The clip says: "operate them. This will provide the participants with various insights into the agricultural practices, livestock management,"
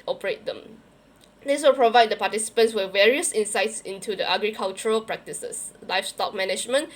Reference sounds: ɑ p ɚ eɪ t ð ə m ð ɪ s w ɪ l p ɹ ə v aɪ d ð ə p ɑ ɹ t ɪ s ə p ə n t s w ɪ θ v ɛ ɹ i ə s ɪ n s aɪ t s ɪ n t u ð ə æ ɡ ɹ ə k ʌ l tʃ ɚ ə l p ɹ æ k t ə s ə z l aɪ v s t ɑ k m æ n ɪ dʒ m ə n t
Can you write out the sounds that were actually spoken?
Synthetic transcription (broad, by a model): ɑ p ɚ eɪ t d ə m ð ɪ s w ɪ l p ɹ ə v aɪ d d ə p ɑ t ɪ s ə p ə n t s w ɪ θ v ɛ ɹ i ə s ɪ n s aɪ t s ɪ n t u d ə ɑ ɡ ɹ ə k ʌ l tʃ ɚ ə l p ɹ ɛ k t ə s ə s l aɪ f s t ɑ k m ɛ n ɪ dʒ m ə n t